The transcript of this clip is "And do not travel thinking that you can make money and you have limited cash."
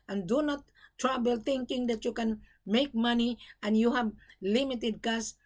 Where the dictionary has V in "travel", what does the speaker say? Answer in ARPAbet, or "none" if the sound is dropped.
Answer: B